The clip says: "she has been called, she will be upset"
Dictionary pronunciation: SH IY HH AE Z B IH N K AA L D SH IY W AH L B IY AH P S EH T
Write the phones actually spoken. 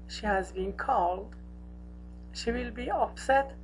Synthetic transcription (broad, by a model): SH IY HH AE Z B IH N K AA L D SH IY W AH L B IY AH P S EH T